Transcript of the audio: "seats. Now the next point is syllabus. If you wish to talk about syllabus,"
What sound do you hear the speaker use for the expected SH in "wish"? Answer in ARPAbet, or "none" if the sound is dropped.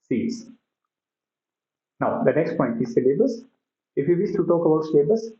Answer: S